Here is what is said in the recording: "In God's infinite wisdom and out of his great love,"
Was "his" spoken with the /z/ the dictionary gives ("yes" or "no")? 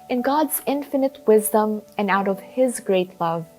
yes